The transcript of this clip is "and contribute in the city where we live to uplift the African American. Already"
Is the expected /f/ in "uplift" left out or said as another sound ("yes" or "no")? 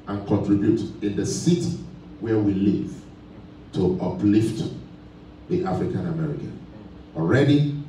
no